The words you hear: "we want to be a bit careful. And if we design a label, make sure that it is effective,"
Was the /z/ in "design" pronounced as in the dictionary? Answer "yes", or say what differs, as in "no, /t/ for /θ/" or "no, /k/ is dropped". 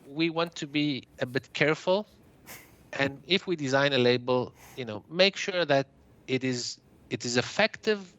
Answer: yes